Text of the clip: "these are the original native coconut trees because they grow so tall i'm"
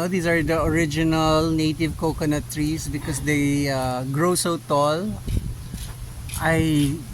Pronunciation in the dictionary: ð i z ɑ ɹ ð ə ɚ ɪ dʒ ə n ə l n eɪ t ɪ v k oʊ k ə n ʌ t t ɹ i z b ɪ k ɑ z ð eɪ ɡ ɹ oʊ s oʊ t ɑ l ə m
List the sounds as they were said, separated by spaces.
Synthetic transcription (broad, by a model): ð i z ɑ ɹ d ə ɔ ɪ dʒ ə n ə l n eɪ t ɪ v k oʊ k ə n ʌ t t ɹ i s b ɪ k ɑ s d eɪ ɡ ɹ oʊ s oʊ t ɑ l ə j